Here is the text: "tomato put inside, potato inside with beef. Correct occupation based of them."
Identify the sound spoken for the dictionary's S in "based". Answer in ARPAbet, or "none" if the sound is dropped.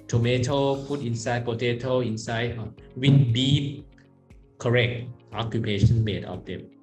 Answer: none